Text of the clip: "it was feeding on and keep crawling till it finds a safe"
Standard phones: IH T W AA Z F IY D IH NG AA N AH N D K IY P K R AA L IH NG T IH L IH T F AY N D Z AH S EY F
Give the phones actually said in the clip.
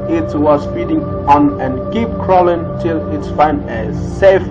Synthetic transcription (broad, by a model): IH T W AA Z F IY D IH NG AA N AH N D K IY P K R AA L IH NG T IH L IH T F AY N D AH S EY F